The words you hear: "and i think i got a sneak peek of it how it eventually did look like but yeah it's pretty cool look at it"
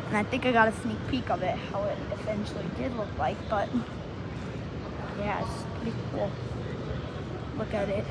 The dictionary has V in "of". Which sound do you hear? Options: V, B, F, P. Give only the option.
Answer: V